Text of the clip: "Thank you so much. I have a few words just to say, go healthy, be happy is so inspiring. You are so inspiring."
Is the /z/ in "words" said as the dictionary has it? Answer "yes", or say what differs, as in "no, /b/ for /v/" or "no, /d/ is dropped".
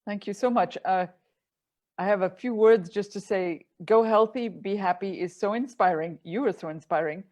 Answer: yes